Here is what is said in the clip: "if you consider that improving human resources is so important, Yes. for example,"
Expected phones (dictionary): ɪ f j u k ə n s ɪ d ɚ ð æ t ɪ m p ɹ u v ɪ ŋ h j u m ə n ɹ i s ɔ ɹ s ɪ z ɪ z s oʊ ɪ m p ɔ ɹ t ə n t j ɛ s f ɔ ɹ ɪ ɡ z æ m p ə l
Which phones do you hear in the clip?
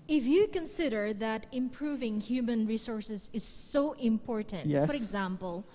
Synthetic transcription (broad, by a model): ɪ f j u k ə n s ɪ d ɚ ð æ t ɪ m p ɹ u v ɪ ŋ h j u m ə n ɹ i s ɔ ɹ s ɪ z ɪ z s oʊ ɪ m p ɔ ɹ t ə n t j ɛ f ɔ ɹ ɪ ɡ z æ m p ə l